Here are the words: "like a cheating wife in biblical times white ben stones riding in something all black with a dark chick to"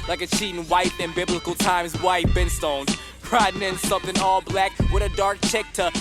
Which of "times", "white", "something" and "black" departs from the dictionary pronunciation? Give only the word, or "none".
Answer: none